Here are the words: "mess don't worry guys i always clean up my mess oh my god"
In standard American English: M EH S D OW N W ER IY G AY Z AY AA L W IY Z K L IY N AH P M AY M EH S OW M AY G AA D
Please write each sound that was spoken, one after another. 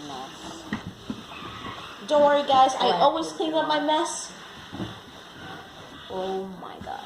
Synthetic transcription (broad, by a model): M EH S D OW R IY G AY Z AY AA L W IY Z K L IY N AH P M AY M EH S OW M AY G AA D